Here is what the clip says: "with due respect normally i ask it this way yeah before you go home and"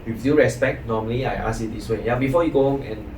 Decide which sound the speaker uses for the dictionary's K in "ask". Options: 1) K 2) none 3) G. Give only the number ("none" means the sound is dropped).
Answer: 2